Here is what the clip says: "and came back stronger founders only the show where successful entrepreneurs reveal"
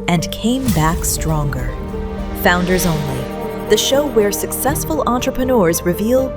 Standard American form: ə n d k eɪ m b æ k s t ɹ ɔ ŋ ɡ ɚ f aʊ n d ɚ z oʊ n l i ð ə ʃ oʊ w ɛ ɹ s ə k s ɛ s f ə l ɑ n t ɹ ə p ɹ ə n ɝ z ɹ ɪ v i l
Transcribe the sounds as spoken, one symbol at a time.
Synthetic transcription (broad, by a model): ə n k eɪ m b æ k s t ɹ ɔ ŋ ɡ ɚ f aʊ n d ɚ z oʊ n l i ð ə ʃ oʊ w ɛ ɹ s ə k s ɛ s f ə l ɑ n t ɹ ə p ɹ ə n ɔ z ɹ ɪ v i l